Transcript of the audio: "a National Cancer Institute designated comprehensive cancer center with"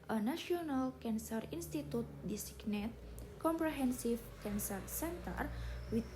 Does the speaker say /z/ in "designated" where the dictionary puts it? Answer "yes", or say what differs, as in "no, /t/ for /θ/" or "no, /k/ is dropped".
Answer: no, /s/ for /z/